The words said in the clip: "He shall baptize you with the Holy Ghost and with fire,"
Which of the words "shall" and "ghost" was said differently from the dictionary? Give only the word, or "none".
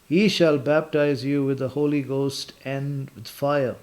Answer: none